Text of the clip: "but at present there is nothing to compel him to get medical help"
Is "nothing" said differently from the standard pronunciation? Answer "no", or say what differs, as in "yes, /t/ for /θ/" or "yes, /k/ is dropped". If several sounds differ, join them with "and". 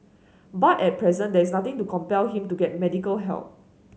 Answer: yes, /t/ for /θ/